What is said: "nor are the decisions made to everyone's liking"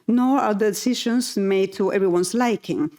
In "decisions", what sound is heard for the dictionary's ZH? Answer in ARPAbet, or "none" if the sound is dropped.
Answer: SH